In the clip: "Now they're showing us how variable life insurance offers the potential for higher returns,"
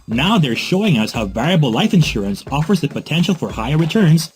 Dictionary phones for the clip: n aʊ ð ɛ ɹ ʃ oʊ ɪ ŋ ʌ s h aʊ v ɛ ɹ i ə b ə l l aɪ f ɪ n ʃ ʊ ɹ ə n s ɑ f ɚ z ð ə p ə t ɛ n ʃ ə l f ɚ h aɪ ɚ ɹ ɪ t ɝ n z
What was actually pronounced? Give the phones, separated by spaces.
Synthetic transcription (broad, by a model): n aʊ ð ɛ ɹ ʃ oʊ ɪ ŋ ʌ s h aʊ v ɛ ɹ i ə b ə l l aɪ f ɪ n ʃ ʊ ɹ ə n s ɑ f ɚ z ð ə p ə t ɛ n ʃ l f ɚ h aɪ ɚ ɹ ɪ t ɝ n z